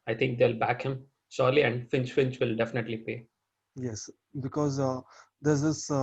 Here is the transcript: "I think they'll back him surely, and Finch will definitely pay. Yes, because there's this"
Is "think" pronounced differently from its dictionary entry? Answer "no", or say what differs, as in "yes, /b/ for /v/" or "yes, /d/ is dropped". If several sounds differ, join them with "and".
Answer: yes, /t/ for /θ/